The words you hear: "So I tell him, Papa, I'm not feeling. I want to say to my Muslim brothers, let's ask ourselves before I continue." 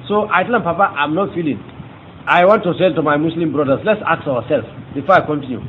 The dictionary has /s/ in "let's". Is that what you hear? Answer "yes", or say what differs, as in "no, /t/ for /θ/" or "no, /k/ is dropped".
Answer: yes